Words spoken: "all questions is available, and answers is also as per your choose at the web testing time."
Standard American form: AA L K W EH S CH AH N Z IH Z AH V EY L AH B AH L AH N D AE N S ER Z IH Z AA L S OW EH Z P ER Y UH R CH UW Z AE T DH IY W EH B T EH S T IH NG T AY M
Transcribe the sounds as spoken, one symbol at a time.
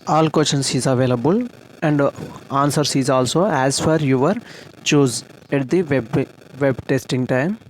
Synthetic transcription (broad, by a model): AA L K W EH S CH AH N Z IH Z AH V EY L AH B AH L AH N D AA N S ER S IH Z AA L S OW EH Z F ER Y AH R CH UW Z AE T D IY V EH B T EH S T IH NG T AY M